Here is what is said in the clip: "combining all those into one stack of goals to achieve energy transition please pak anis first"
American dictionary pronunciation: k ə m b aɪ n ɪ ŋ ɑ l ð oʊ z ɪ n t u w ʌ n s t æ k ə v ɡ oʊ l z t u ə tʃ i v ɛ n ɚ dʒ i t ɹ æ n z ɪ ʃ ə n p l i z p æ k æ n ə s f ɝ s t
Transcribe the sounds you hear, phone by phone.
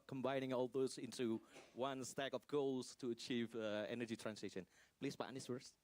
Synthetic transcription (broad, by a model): k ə m b aɪ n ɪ ŋ ɑ l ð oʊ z ɪ n t u w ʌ n s t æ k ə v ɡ oʊ l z t u ə tʃ i v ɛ n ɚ dʒ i t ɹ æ n s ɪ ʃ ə n p l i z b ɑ ɑ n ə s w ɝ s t